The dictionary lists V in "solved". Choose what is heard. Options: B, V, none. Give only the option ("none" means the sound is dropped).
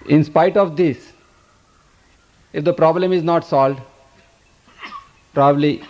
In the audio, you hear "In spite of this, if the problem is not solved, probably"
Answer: none